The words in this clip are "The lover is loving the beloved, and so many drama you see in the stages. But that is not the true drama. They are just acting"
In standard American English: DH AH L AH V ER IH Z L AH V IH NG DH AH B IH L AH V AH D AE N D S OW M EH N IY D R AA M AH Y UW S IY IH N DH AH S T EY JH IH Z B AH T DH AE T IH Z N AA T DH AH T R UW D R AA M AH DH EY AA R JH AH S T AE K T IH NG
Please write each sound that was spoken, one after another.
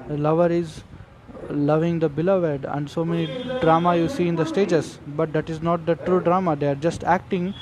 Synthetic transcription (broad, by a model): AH L AH V ER IH Z L AH V IH NG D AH B IH L AH V AH D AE N D S OW M EH N IY D R AA M AH Y UW S IY IH N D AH S T EY JH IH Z B AH T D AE T IH Z N AA T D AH T R UW D R AA M AH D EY AA R JH AH S T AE K T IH NG